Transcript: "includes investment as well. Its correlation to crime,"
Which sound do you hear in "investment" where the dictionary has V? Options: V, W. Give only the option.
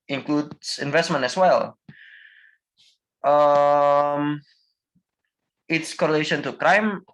V